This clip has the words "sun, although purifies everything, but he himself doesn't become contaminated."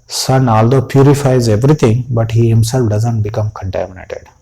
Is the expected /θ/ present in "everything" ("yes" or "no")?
no